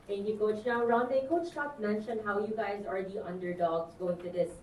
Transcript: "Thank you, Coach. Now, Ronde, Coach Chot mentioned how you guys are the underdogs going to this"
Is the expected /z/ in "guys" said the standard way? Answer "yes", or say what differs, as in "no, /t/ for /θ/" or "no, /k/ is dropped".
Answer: yes